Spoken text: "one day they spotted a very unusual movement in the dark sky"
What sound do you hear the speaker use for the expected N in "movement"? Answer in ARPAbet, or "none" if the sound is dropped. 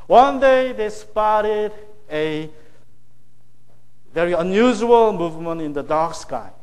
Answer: N